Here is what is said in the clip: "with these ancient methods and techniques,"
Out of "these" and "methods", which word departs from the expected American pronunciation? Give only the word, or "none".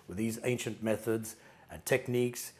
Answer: none